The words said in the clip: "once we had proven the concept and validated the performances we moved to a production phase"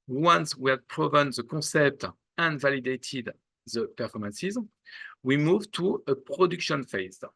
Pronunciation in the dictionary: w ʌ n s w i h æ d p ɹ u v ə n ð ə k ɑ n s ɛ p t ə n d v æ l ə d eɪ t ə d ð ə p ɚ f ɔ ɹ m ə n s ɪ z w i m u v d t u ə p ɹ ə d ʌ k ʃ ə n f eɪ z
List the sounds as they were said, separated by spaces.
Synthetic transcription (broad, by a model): w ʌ n s w i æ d p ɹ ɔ v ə n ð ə k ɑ s ɛ p t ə n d v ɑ l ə d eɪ t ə d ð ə p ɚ f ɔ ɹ m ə n s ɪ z w i m u v t u ə p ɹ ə d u k ʃ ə n f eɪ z